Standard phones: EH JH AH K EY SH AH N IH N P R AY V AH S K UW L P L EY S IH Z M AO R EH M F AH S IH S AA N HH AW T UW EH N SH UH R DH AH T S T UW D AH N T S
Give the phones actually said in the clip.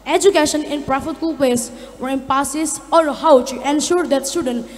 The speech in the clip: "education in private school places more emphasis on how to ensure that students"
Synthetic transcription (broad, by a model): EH JH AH K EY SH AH N IH N P R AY F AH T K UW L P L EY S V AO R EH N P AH S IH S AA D HH AW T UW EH N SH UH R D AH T S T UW D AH N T